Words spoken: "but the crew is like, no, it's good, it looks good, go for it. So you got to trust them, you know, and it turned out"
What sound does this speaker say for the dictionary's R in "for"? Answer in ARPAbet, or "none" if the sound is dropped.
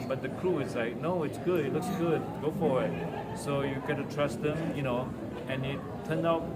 W